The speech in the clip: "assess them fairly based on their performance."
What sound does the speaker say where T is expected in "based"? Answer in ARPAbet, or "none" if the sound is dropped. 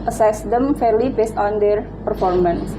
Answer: T